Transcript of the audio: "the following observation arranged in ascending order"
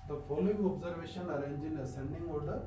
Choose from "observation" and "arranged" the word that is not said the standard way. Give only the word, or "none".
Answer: arranged